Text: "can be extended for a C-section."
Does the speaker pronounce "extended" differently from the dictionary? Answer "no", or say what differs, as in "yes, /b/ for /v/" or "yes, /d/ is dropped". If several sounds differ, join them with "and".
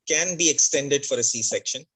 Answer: no